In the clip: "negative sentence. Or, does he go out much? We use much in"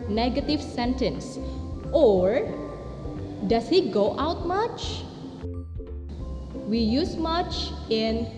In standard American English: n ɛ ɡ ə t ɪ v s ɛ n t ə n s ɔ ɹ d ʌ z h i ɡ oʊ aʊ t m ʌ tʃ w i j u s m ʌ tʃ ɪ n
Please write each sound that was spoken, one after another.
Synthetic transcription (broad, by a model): n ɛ ɡ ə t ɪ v s ɛ n t ə n s ɔ ɹ d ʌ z h i ɡ oʊ aʊ t m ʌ tʃ w i j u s m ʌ tʃ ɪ n